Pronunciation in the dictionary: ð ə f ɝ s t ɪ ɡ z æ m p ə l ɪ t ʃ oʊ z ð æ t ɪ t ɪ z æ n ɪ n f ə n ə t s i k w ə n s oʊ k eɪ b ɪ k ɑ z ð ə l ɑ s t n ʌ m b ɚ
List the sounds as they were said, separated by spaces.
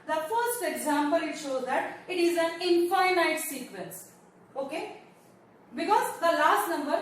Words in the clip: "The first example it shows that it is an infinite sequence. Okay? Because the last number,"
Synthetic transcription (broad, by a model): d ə f ɝ s t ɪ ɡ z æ m p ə l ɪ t ʃ oʊ z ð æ t ɪ t ɪ z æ n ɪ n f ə n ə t s i k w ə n s oʊ k eɪ b ɪ k ɑ z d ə l ɑ s t n ʌ m b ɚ